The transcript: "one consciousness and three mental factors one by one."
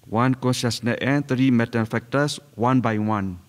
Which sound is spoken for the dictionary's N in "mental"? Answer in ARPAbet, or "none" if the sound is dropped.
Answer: none